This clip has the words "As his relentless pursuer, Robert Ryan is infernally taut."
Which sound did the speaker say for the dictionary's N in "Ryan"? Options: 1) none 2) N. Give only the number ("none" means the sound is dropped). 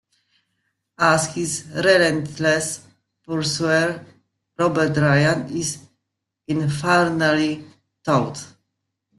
2